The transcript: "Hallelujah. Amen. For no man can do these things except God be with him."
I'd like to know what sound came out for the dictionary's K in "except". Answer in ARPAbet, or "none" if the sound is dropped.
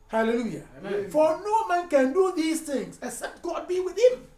none